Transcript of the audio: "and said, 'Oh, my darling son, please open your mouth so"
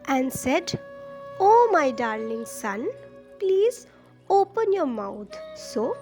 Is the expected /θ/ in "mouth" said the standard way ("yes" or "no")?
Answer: no